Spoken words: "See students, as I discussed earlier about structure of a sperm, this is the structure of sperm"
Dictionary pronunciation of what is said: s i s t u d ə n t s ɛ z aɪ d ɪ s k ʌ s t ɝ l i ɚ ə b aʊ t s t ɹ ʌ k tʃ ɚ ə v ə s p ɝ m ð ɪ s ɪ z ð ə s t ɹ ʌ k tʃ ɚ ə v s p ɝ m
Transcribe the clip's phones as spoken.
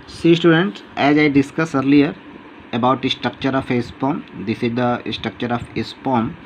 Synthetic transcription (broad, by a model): s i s t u d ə n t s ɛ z aɪ d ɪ s k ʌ s ɝ l i ɚ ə b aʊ t s t ɹ ʌ k tʃ ɚ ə f ə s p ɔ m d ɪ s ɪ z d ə s t ɹ ʌ k tʃ ɚ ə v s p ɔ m